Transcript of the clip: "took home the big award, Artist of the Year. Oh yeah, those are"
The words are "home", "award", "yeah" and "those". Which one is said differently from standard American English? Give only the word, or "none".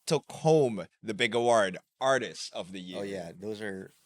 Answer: none